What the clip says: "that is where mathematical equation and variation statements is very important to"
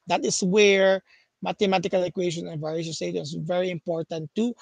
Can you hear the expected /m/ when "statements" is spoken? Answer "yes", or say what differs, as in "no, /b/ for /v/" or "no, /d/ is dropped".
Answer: no, /m/ is dropped